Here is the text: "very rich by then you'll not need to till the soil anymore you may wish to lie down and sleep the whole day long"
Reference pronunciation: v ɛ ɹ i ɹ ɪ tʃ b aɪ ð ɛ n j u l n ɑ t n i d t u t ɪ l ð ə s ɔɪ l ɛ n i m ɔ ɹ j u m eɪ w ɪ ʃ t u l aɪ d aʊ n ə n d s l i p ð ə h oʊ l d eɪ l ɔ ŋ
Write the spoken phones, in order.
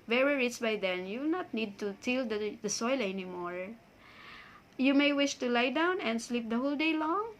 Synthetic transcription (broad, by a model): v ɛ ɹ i ɹ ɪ s b aɪ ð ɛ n j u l n ɑ t n i d t u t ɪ l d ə s ɔɪ l ɛ n i m ɔ ɹ j u m eɪ w ɪ ʃ t u l aɪ d aʊ n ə n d s l i p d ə h oʊ l d eɪ l ɔ ŋ